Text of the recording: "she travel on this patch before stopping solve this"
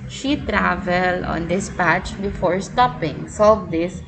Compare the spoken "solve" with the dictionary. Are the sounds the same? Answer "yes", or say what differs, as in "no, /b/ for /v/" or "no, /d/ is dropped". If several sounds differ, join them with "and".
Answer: no, /l/ is dropped